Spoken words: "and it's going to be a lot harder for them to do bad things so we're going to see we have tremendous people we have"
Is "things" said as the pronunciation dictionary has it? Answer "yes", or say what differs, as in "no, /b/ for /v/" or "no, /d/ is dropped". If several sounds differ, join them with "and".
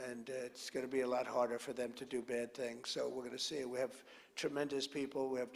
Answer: yes